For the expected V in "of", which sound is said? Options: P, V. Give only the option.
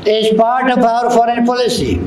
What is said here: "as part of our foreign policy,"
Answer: P